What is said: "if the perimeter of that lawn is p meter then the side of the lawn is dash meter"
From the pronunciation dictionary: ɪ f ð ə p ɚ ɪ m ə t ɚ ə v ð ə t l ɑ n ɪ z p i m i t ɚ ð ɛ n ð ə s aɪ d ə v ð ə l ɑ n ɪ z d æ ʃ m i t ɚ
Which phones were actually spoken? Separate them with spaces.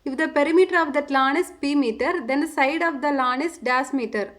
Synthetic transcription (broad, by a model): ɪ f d ə p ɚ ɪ m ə t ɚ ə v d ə t l ɑ n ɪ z p i m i t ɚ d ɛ n s aɪ d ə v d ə l ɑ n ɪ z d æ s m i t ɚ